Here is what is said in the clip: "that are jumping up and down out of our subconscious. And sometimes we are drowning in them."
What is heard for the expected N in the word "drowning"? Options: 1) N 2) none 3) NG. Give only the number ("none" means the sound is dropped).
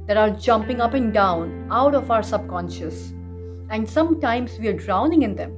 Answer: 1